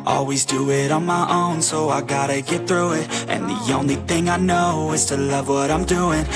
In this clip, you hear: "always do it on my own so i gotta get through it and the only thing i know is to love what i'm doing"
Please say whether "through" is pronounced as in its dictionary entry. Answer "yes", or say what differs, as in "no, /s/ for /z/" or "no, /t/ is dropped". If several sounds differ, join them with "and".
yes